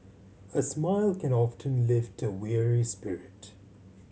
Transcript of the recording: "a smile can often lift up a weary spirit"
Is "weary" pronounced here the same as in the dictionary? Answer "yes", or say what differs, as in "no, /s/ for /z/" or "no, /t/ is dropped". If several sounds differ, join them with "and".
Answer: yes